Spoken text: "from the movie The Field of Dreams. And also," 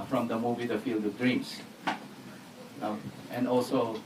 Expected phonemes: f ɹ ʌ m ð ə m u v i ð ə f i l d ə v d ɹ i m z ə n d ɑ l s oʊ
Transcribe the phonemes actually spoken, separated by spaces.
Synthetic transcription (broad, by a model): f ɹ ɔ m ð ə m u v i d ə f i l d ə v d ɹ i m s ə n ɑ l s oʊ